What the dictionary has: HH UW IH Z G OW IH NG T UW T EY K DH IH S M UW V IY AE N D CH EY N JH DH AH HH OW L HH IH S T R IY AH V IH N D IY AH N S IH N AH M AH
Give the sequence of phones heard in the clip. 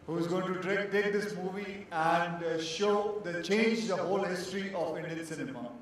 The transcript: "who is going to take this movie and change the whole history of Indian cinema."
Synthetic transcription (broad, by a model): HH UW IH Z G OW IH NG T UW T EY K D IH S M UW V IY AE N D CH EY N JH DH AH HH OW L HH IH S T R IY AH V IH N D IY AH N S IH N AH M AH